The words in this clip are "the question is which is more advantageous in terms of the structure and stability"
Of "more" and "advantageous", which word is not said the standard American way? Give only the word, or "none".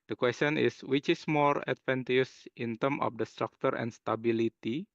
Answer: advantageous